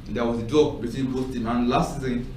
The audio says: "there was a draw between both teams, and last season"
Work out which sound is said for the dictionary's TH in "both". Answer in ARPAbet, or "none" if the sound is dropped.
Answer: S